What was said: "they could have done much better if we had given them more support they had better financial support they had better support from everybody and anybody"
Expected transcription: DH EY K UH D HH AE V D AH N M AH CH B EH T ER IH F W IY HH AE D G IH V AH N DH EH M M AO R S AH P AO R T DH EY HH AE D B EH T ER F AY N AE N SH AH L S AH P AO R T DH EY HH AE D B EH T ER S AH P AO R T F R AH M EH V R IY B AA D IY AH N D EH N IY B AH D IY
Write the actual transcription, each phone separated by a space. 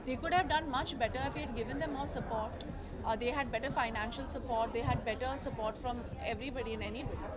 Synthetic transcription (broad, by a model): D EY K UH D HH AE V D AH N M AH CH B EH T ER IH F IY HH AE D G IH V AH N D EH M M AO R S AH P AO R T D EY HH AE D B EH T ER F AY N AE N SH AH L S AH P AO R T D EY HH AE D B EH T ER S AH P AO R T F R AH M EH V R IY B AA D IY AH N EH N IY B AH